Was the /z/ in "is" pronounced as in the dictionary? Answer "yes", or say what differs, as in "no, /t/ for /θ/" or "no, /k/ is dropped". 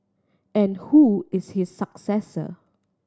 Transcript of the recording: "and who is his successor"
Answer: no, /s/ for /z/